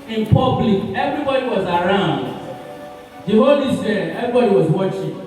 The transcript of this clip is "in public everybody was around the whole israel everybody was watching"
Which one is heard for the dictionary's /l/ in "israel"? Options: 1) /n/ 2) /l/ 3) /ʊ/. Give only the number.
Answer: 1